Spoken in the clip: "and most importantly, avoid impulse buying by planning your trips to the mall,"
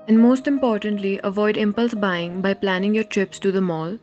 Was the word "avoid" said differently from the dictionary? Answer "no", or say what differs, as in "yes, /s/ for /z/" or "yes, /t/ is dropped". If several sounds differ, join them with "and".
no